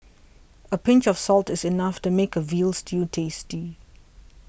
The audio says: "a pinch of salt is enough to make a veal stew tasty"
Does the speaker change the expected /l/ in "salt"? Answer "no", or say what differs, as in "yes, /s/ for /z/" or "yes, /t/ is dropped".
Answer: no